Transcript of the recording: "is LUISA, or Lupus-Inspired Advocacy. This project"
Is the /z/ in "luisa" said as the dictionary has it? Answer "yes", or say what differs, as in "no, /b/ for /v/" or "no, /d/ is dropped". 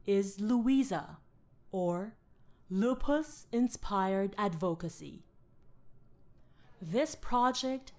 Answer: yes